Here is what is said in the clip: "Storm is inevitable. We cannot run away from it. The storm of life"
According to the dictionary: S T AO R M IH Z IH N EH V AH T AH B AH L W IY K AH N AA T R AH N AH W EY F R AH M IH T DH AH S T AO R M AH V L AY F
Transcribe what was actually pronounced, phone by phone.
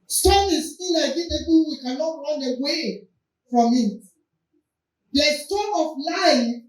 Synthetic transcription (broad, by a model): S T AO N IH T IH L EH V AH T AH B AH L W IY K AH N AA T R AH N AH W EY F R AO M IH T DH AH S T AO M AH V L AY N